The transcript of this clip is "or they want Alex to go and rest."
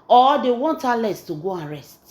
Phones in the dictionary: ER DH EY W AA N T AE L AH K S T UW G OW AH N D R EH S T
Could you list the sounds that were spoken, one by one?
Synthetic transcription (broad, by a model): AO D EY W AA N T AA L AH S T UW G OW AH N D R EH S T